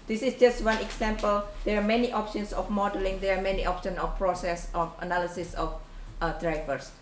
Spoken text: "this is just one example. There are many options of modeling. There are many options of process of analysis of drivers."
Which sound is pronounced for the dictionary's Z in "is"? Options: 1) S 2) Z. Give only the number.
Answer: 1